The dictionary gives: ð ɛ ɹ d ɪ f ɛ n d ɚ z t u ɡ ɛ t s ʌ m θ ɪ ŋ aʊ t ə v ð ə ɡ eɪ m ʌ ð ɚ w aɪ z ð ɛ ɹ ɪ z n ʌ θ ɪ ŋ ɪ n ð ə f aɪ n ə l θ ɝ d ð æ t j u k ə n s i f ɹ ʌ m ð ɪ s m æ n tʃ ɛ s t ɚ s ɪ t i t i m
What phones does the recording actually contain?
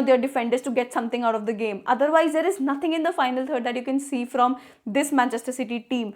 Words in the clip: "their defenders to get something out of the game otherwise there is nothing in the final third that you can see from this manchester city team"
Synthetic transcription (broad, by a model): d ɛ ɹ d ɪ f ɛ n d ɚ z t u ɡ ɛ t s ʌ m t ɪ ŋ aʊ t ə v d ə ɡ eɪ m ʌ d ɚ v aɪ z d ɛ ɹ ɪ z n ʌ t ɪ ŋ ɪ n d ə f aɪ n ə l t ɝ d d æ t j u k ə n s i f ɹ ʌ m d ɪ s m æ n tʃ ɛ s t ɚ s ɪ t i t i m